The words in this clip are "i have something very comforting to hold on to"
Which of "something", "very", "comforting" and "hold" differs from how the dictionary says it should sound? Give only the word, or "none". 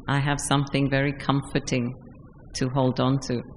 none